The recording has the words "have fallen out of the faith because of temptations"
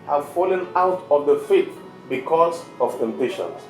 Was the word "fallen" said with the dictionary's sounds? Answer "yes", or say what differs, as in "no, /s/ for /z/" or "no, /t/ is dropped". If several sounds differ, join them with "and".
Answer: yes